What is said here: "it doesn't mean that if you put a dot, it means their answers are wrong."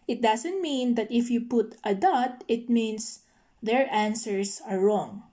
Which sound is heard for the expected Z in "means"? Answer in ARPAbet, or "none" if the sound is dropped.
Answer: S